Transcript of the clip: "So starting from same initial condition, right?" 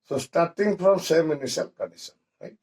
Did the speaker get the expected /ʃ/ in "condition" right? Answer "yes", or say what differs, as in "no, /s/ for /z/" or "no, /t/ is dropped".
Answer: no, /s/ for /ʃ/